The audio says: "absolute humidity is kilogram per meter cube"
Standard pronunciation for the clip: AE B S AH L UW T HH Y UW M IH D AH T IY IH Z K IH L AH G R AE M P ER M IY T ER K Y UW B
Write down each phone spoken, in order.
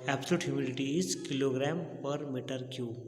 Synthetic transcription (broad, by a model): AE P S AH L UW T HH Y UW M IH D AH T IY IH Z K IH L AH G R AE M P ER M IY T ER K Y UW